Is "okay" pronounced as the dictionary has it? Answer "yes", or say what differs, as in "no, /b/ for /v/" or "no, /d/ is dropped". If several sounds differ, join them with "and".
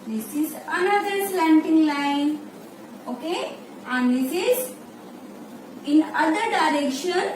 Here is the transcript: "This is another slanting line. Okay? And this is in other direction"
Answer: yes